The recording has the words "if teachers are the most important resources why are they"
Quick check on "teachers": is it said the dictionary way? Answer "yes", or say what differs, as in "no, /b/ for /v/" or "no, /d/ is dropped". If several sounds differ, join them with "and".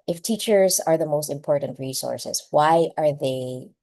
yes